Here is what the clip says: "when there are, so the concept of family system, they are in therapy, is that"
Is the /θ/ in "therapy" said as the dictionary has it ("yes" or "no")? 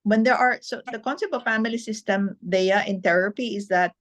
no